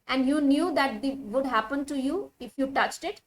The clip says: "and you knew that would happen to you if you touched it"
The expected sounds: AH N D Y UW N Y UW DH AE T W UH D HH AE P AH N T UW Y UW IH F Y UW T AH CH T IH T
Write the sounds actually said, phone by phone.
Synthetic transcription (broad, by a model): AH N D Y UW N Y UW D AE T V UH D HH AE P AH N T UW Y UW IH F Y UW T AH CH T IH T